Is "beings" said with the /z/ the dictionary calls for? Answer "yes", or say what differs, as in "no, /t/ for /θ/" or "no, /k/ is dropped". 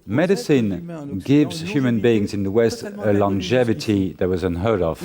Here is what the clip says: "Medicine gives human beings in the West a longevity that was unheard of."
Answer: yes